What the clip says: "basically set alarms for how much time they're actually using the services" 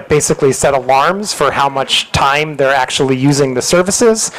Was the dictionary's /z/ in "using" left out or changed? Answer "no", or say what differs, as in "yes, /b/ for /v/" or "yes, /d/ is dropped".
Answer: no